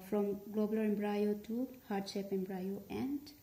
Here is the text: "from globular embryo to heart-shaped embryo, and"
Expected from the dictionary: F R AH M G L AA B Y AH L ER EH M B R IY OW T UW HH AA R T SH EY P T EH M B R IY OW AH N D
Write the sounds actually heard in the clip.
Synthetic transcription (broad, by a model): F R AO M G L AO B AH L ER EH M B R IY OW T UW HH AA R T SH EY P EH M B R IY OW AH N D